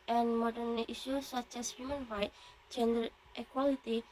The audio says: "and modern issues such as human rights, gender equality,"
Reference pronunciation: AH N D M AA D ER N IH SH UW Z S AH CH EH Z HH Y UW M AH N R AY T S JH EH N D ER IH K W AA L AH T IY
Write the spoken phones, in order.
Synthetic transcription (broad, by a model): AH N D M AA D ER N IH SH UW S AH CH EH S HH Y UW M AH N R AY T JH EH N D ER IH K W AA L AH T IY